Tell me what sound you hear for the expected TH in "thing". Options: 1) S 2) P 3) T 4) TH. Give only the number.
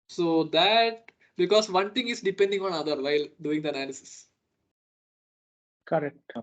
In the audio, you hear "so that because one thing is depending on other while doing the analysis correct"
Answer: 3